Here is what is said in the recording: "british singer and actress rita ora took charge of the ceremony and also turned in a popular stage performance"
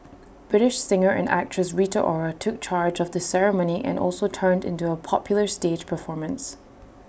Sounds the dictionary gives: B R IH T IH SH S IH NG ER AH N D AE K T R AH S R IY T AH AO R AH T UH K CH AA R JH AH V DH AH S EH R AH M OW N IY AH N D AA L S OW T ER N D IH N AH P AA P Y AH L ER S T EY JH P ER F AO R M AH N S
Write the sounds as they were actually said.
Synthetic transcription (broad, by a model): B R IH T IH SH S IH NG ER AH N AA K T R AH S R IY T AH AO R AH T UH K CH AA R JH AH V DH AH S EH R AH M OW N IY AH N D AA L S OW T ER N D IH N AH P AA P Y L ER S T EY JH P ER F AO R M AH N S